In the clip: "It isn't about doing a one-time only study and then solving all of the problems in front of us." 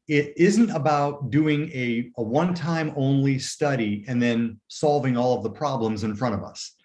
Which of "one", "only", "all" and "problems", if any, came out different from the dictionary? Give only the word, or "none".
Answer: none